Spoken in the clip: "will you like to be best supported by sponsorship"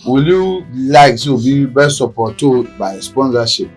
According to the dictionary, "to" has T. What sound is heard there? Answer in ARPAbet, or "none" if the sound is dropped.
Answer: S